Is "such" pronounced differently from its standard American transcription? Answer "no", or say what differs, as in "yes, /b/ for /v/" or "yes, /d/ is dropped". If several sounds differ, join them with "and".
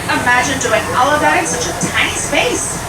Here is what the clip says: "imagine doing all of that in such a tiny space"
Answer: no